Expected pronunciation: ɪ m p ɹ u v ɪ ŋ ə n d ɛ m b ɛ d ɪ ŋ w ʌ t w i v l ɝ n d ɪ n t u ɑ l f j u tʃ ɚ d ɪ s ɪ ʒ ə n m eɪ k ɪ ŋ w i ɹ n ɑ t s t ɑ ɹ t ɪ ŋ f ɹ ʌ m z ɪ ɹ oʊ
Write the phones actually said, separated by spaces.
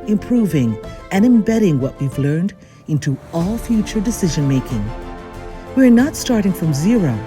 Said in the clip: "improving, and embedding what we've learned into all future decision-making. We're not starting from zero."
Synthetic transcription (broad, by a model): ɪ m p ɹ u v ɪ ŋ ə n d ɛ m b ɛ d ɪ ŋ w ʌ t w i v l ɝ n d ɪ n t u ɑ l f j u tʃ ɚ d ɪ s ɪ ʒ ə n m eɪ k ɪ ŋ w i ɹ n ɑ t s t ɑ ɹ t ɪ ŋ f ɹ ʌ m z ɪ ɹ oʊ